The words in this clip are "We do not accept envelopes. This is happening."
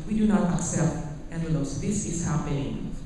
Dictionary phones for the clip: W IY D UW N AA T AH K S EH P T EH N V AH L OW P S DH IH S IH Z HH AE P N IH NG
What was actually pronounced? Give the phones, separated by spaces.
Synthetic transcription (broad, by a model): W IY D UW N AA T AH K S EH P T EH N AH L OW S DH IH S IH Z HH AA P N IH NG